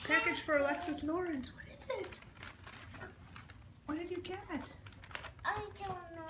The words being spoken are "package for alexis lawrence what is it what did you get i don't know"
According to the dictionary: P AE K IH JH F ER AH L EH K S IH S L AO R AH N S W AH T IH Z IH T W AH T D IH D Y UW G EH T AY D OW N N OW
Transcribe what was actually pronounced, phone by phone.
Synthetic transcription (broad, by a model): P AE K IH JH F ER AH L EH K S IH S N AO R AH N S W AH T IH Z IH T W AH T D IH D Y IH G EH T AY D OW L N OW